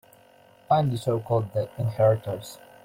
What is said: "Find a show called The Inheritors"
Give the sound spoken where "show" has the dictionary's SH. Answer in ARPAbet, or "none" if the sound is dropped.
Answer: S